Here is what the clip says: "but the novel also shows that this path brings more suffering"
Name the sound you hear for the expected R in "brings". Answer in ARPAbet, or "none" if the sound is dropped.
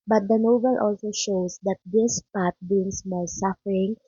none